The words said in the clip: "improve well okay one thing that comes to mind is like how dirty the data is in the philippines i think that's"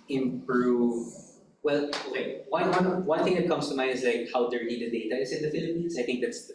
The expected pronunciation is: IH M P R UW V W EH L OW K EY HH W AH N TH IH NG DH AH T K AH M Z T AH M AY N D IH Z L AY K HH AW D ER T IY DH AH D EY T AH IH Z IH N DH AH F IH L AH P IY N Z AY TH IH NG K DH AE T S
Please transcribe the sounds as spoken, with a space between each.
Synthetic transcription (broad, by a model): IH M P R UW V W EH L OW K EY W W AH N TH IH NG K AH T K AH M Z T AH M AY IH Z L AY K HH AW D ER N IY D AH D EY T AH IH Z IH N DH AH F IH L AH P IY N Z AY TH IH NG K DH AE T S